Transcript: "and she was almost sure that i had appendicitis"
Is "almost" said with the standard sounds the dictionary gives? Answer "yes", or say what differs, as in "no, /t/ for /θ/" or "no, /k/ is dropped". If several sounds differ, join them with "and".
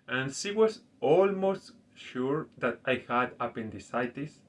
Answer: yes